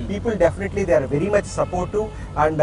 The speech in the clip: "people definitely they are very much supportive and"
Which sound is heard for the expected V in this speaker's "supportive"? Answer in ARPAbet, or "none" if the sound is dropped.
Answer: none